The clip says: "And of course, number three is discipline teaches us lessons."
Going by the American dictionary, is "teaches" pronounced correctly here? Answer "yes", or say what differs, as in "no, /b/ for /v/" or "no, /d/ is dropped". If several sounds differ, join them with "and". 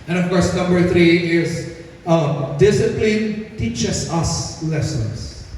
no, /s/ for /z/